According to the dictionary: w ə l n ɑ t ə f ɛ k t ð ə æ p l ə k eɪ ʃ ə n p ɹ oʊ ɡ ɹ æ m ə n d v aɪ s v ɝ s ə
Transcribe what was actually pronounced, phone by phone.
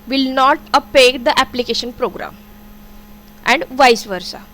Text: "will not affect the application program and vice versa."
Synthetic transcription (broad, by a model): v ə l n ɑ t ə p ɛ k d ə æ p l ə k eɪ ʃ ə n p ɹ oʊ ɡ ɹ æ m ə n d v aɪ s v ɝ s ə